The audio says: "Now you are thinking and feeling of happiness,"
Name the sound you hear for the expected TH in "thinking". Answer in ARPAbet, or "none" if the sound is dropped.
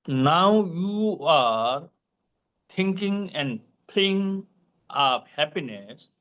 T